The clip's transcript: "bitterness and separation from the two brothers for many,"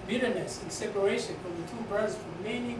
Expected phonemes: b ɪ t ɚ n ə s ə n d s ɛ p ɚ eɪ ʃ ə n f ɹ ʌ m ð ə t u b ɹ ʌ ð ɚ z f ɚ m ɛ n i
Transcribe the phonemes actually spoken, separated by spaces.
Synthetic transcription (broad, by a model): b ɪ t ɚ n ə s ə n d s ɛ p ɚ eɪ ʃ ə n f ɹ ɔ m ð ə t u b ʌ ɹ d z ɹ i m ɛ n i